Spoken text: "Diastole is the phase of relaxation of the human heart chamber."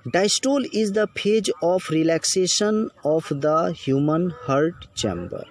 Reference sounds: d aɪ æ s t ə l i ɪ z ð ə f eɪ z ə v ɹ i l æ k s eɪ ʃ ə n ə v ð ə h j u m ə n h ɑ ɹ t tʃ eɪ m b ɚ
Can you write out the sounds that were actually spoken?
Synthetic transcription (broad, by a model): d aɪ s t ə l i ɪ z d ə p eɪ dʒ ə f ɹ i l æ k s eɪ ʃ ə n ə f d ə h j u m ə n h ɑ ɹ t tʃ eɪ m b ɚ